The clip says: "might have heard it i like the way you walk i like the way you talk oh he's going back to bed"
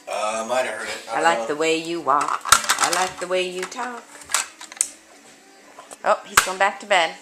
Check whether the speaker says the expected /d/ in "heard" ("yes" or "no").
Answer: no